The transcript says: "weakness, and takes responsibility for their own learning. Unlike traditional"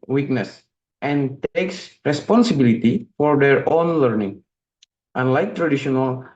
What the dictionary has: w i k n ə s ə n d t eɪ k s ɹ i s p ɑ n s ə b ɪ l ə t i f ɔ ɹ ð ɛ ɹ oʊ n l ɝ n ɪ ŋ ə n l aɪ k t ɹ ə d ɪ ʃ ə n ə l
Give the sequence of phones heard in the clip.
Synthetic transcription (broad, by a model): w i k n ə s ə n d t eɪ k s ɹ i s p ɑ n s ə b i l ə t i f ɔ ɹ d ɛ ɹ oʊ n l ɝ n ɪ ŋ ə n l aɪ k t ɹ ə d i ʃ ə n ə l